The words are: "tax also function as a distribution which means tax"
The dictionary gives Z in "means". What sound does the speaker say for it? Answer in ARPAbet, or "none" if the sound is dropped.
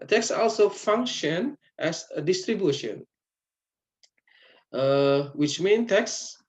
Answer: none